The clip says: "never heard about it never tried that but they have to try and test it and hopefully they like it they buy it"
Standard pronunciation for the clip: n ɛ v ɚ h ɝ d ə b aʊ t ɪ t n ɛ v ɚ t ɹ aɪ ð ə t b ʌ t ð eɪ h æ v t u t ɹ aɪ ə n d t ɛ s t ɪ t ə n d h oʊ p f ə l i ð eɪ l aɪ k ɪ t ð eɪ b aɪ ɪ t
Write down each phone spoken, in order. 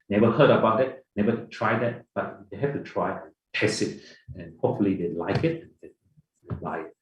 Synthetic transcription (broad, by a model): n ɛ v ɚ h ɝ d ə b aʊ t ɪ t n ɛ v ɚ t ɹ aɪ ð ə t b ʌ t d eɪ h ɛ f t u t ɹ aɪ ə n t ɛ s ɪ t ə n h oʊ p f ə l i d eɪ l aɪ k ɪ t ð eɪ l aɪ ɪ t